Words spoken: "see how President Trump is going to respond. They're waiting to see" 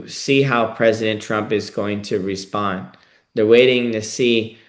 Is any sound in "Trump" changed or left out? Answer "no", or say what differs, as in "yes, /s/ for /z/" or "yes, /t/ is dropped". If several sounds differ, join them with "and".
no